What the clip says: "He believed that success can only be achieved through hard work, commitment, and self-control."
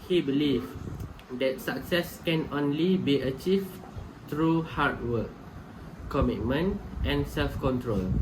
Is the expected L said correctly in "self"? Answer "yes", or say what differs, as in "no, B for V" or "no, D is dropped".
yes